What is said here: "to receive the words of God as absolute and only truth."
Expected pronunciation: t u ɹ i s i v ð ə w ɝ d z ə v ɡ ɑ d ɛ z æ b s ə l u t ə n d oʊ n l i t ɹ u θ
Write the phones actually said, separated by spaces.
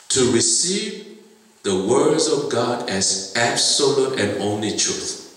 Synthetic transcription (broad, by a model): t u ɹ i s i v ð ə w ɝ d z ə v ɡ ɑ d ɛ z æ b s ə l u t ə n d oʊ n l i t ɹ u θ